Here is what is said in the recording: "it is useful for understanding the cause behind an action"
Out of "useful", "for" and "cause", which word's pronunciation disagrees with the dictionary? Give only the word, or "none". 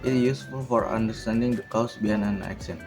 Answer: cause